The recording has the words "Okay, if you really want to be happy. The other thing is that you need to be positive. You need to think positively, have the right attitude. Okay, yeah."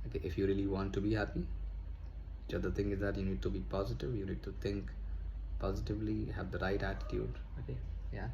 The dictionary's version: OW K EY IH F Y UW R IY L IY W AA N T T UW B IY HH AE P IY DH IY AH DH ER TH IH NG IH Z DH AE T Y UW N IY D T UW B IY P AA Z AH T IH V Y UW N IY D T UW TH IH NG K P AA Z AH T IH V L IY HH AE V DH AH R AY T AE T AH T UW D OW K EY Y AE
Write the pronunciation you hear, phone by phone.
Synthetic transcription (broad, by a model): OW K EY IH F Y UW R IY L IY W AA N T T UW B IY HH AE P IY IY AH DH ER T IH NG IH Z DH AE T Y UW N IY D T UW B IY P AA Z AH T IH V Y UW N IY D T UW T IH NG K P AA Z AH T IH V L IY HH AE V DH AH R AY T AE T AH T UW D OW K EY Y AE